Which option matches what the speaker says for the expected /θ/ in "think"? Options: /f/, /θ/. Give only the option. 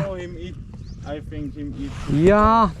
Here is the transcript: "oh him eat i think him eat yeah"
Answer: /f/